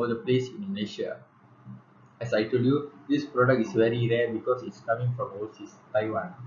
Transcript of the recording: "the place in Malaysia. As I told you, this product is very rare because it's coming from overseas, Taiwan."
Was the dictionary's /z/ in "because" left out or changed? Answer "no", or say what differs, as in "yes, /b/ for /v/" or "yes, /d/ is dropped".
yes, /s/ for /z/